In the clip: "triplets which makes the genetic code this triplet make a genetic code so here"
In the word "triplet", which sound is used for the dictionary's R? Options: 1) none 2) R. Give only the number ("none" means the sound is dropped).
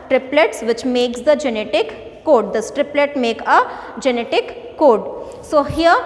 2